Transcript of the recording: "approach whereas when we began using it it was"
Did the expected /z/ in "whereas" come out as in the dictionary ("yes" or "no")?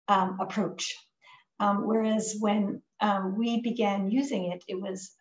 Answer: yes